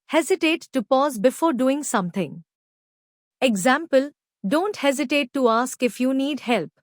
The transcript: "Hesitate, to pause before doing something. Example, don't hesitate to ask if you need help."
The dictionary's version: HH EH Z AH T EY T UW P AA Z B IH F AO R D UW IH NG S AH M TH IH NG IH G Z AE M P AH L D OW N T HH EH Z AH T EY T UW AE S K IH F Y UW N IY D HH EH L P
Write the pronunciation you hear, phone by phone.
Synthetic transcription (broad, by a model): HH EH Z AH T EY T UW P AA Z B IH F AO R D UW IH NG S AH M T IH NG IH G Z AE M P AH L D OW N T HH EH Z AH T EY T UW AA S K IH F Y UW N IY D HH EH L P